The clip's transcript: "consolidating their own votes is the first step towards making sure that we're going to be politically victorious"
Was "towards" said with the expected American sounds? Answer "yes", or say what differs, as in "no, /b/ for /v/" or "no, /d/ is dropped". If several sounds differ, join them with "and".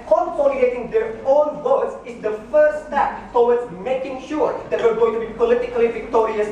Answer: no, /w/ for /ɹ/